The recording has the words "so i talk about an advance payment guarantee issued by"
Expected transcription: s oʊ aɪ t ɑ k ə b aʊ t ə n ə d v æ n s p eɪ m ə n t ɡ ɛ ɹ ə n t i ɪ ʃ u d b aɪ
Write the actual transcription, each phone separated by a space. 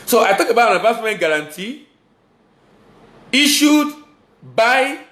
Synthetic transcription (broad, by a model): s oʊ aɪ t ɑ k ə b aʊ t ə n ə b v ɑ s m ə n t ɡ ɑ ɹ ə n t i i ʃ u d b aɪ